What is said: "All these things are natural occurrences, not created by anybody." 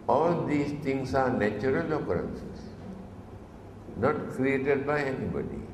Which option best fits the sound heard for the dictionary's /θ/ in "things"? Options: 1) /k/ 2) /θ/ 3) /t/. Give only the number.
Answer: 3